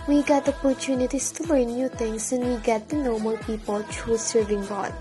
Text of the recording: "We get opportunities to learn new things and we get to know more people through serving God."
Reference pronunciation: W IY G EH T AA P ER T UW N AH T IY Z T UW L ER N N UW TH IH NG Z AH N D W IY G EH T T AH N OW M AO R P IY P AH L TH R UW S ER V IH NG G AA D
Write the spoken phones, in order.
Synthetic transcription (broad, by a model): W IY G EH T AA P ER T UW N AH T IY S T UW L ER N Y UW T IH NG S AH N W IY G EH T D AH N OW M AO L P IY P AH L T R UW S ER V IH NG G AA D